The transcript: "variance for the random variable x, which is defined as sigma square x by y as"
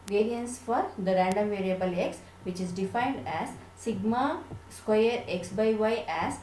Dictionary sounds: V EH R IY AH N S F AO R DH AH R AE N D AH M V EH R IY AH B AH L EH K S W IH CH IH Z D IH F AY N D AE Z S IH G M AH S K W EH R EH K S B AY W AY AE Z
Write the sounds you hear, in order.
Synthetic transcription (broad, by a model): V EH R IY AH N S F AO R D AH R AE N D AH M V EH R IY AH B AH L EH K S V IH CH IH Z D IH F AY N D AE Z S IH G M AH S K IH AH R EH K S B AY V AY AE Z